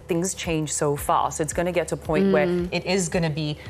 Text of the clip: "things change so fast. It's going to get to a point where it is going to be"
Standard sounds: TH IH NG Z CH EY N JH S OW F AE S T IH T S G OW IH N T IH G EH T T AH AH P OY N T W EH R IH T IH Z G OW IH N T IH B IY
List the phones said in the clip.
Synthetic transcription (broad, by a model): TH IH NG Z CH EY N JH S OW F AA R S IH T S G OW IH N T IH G EH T T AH AH P OY N T W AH R IH T IH Z G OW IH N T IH B IY